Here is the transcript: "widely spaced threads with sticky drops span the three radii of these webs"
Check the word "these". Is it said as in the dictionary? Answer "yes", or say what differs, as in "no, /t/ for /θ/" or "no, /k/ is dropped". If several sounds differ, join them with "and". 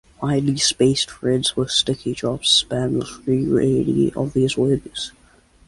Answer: yes